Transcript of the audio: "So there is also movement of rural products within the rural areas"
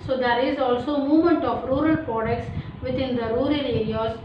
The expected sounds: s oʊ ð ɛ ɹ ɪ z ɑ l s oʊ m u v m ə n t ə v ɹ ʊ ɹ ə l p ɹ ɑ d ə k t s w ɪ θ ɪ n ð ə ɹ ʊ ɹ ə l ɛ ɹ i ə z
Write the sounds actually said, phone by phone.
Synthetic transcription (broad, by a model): s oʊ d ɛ ɹ ɪ z ɑ l s oʊ m u v m ə n t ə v ɹ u ɹ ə l p ɹ ɑ d ə k t s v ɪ t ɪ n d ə ɹ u ɹ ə l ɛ ɹ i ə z